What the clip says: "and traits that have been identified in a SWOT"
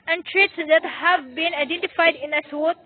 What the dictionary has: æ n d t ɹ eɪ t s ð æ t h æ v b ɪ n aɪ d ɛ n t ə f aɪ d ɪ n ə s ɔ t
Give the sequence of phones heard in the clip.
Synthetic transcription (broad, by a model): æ n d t ɹ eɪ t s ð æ t h æ v b ɪ n aɪ d ɛ n t ə f aɪ d ɪ n ə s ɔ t